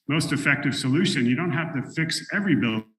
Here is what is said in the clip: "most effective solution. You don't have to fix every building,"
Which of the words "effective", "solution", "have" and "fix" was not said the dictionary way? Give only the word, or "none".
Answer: have